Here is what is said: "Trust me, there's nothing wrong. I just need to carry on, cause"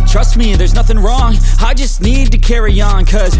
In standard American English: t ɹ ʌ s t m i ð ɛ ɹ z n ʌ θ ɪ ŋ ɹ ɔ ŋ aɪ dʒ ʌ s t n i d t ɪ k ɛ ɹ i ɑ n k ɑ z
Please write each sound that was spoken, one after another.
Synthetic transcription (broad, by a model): t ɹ ʌ s t m i ð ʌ ɹ z n ʌ θ ɪ ŋ ɹ ɔ ŋ aɪ dʒ ʌ s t n i d t ɪ k ɛ ɹ i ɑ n k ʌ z